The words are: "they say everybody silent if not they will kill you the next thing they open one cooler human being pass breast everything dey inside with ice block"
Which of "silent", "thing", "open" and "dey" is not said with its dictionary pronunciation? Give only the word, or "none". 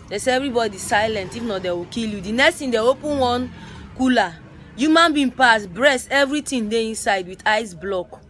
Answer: thing